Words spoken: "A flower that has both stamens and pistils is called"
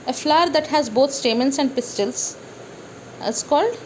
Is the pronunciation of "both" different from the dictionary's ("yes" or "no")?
yes